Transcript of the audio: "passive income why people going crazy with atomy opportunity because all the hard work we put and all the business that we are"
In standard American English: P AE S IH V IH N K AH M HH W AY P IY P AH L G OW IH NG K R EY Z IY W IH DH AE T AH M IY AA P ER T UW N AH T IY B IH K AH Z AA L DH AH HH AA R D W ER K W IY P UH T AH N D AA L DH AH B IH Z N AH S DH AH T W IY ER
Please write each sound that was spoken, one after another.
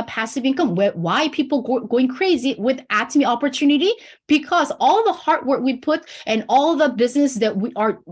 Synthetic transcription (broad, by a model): P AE S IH V IH N K AH M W W AY P IY P L G OW IH NG K R EY Z IY W IH DH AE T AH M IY AA P ER T UW N AH T IY B IH K AH Z AA L DH AH HH AA R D W ER K W IY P UH T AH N AA L DH AH B IH Z N AH S DH AH T W IY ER